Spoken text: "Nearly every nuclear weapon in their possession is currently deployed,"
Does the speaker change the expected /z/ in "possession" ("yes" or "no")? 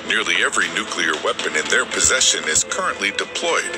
no